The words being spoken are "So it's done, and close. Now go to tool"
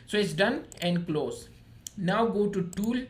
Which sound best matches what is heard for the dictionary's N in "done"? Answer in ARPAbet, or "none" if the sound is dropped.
N